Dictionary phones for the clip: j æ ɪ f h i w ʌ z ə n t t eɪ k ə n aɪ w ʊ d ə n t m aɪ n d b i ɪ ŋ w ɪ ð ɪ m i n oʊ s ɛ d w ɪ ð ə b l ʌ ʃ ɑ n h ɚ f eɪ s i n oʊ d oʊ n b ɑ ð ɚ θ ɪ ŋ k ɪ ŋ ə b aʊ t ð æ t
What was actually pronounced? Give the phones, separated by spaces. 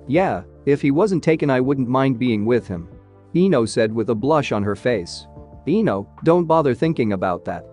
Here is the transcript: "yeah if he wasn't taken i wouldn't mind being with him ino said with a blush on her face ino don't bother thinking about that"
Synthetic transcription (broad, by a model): j æ ɪ f h i w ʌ z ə n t t eɪ k ə n aɪ w ʊ d n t m aɪ n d b i ɪ ŋ w ɪ ð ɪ m i n oʊ s ɛ d w ɪ ð ə b l ʌ ʃ n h ɚ f eɪ s i n oʊ d oʊ n b ɑ ð ɚ θ ɪ ŋ k ɪ ŋ ə b aʊ t ð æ t